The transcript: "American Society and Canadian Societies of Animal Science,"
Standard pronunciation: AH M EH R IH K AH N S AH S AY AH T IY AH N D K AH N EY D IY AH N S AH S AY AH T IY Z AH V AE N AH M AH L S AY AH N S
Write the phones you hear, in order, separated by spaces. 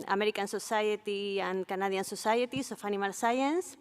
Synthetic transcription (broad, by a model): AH M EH R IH K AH N S AH S AY AH T IY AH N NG K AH N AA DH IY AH N S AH S AY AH T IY S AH F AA N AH M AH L S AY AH N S